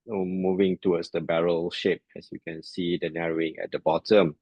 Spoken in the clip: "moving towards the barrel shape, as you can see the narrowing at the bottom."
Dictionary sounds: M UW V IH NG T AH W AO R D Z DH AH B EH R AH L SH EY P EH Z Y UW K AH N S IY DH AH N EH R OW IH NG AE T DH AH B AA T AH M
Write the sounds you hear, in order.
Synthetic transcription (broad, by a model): M UW V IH NG T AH W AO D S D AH B EH R AH L SH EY P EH S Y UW K AH N S IY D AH N EH R OW IH NG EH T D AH B AA T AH M